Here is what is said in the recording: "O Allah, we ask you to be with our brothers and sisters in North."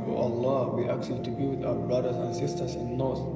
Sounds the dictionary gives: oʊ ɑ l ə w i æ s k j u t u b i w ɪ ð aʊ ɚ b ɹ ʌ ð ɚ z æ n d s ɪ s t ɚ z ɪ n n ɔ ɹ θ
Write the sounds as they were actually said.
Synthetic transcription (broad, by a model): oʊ ɑ l ə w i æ k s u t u b i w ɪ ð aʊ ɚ b ɹ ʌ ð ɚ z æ n s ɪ s t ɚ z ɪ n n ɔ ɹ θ